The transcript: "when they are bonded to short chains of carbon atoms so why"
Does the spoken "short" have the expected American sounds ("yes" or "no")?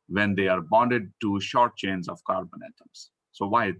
yes